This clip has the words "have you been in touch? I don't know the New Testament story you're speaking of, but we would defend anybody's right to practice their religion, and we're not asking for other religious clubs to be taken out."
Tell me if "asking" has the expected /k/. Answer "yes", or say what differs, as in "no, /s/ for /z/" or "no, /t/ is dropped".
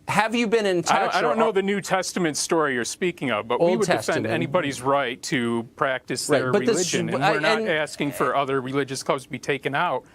yes